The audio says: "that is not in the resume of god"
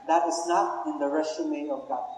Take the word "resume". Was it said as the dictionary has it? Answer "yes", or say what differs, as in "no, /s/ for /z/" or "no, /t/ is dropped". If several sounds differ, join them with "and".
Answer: no, /s/ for /z/